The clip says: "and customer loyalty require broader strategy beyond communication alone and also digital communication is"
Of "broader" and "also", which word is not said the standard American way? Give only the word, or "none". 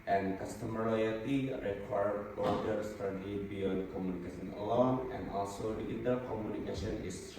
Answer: broader